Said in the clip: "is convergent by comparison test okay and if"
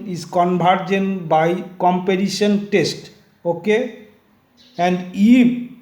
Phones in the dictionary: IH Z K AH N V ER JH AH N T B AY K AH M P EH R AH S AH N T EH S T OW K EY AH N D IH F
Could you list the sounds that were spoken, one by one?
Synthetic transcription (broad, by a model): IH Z K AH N B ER JH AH N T B AY K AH M P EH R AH SH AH N T EH S T OW K EY AH N D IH